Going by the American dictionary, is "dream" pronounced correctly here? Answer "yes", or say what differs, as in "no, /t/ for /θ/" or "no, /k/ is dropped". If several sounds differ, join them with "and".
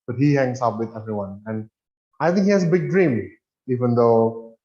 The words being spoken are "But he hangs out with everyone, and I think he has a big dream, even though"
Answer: yes